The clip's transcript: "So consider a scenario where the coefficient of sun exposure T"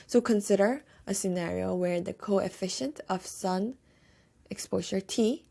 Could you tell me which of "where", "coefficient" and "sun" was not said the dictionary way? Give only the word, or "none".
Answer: none